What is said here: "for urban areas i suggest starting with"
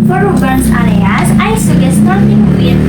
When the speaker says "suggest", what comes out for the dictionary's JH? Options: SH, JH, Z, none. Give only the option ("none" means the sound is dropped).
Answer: none